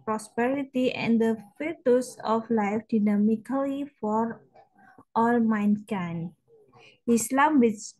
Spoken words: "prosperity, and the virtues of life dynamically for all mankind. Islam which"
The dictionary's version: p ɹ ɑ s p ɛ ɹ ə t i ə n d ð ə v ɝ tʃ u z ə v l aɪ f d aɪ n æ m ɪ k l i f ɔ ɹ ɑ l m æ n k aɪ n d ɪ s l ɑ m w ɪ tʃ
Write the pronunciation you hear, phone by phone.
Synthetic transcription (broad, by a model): p ɹ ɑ s p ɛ ɹ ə t i ə n d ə f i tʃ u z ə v l aɪ f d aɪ n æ m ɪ k l i f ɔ ɹ ɑ l m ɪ n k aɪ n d ɪ s l ɑ m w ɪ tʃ